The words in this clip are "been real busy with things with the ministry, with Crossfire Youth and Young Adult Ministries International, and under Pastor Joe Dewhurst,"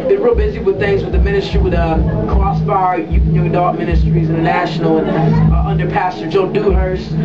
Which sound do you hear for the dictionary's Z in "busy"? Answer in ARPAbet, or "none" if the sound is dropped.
Z